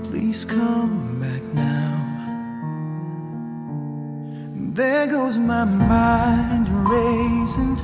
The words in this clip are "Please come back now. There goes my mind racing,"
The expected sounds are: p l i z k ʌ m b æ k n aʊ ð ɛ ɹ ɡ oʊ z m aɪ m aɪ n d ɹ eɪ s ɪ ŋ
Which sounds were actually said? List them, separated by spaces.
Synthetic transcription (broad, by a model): p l i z k ʌ m b æ k n aʊ ð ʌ ɹ ɡ oʊ z m aɪ m aɪ n d ɹ eɪ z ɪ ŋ